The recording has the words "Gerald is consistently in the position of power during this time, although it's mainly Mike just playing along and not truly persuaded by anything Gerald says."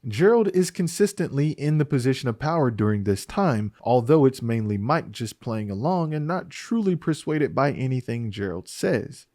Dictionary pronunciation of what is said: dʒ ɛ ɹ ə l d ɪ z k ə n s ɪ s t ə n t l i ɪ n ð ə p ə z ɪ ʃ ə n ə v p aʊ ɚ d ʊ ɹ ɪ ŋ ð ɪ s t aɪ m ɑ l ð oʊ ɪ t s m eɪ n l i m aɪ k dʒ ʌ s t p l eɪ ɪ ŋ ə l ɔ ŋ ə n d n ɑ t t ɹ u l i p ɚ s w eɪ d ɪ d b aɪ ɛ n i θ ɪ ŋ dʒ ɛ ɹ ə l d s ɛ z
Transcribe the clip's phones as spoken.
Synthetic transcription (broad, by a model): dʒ ɛ ɹ l d ɪ z k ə n s ɪ s t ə n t l i ɪ n ð ə p ə z ɪ ʃ ə n ə v p aʊ ɚ d ʊ ɹ ɪ ŋ ð ɪ s t aɪ m ɑ l ð oʊ ɪ t s m eɪ n l i m aɪ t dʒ ʌ s p l eɪ ɪ ŋ ə l ɔ ŋ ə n n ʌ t t ɹ u l i p ɚ s w eɪ d ɪ d b aɪ ɛ n i θ ɪ ŋ dʒ ɛ ɹ l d s ɛ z